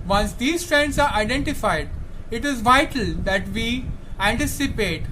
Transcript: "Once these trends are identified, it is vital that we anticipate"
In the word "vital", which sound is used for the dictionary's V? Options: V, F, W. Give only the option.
V